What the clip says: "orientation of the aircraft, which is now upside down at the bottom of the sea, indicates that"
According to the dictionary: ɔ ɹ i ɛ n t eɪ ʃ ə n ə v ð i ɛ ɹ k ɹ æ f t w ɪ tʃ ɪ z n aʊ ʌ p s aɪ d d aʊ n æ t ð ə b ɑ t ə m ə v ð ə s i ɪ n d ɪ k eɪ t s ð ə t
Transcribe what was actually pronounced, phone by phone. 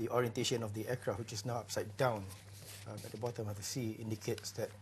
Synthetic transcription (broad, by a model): ɔ ɹ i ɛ n t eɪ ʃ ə n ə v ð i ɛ k ɹ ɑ w ɪ tʃ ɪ s n aʊ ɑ p s aɪ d d aʊ n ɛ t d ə b ɑ t ə m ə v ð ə s i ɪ n d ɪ k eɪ t s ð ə t